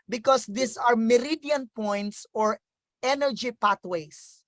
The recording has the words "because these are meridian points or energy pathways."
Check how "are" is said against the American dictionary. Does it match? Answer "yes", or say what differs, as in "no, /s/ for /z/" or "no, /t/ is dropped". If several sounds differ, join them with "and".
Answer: yes